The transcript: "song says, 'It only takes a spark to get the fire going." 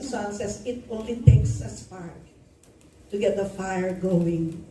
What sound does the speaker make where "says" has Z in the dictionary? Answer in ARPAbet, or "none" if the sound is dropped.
S